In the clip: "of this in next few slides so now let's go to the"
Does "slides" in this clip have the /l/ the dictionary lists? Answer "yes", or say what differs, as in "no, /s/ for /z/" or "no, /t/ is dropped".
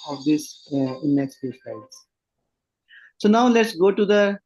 no, /l/ is dropped